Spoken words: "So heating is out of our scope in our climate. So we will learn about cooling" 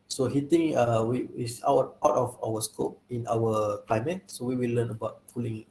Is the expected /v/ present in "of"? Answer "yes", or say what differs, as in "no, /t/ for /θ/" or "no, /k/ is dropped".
no, /w/ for /v/